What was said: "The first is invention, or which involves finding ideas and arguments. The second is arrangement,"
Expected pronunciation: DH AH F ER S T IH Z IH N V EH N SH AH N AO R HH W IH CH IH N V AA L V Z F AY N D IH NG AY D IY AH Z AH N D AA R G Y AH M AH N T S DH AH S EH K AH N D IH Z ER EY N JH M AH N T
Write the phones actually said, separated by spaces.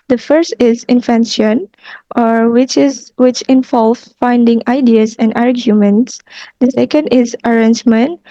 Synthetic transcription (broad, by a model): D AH F ER S T IH Z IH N F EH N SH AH N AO R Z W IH CH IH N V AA L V F AY N D IH NG AY D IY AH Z AH N D AA R G Y AH M AH N T S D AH S EH K AH N D IH Z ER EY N JH M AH N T